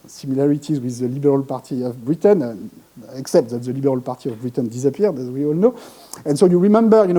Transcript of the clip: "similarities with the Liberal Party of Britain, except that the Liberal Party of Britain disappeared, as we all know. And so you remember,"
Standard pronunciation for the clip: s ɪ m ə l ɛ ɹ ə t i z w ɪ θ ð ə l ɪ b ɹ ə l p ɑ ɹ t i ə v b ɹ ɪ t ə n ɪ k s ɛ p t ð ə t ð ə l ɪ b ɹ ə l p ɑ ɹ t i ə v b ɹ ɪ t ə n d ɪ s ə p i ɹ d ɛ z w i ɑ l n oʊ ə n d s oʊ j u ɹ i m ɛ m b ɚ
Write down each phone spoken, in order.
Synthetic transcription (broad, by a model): s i m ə l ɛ ɹ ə t i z w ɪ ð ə l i b ɹ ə l p ɑ ɹ t i ə v b ɹ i t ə n ɪ k s ɛ p t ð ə t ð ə l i b ɹ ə l p ɑ ɹ t i ə v b ɹ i t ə n d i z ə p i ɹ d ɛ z w i ɑ l n oʊ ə n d s oʊ j u ɹ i m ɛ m b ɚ